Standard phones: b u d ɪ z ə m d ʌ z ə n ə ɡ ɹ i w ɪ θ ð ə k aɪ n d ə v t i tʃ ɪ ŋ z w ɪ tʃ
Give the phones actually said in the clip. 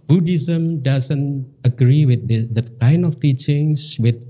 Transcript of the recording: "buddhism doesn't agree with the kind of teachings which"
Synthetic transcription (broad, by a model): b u d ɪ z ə m d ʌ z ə n ə ɡ ɹ i w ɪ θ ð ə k aɪ n ə f t i tʃ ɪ ŋ s w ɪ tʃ